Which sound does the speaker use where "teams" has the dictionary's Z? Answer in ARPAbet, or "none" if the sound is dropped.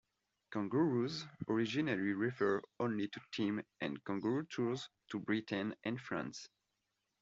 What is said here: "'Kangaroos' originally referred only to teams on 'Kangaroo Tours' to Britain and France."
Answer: none